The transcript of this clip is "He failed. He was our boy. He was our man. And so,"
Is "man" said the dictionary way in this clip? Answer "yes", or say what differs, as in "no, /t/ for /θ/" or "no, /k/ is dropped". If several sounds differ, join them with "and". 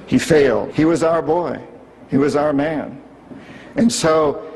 yes